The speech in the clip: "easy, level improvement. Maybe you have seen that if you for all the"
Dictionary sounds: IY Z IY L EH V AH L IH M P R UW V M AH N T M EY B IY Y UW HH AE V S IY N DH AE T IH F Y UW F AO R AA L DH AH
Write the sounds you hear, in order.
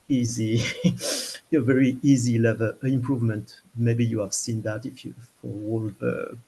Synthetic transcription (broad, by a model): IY Z IY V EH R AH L IH M P R UW V M AH N T M EY B IY Y UW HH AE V S IY N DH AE T IH F Y UW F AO W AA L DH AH